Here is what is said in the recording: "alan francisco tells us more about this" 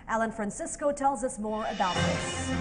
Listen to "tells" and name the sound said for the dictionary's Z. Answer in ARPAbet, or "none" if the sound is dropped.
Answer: Z